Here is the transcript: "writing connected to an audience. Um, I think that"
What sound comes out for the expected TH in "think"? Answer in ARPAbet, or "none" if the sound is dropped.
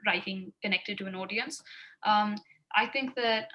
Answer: TH